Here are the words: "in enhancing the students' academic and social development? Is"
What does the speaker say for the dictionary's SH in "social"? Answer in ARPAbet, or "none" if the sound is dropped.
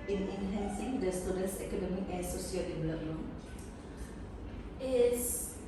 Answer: S